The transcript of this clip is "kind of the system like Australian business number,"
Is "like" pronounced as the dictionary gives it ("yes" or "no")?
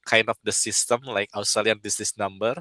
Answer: yes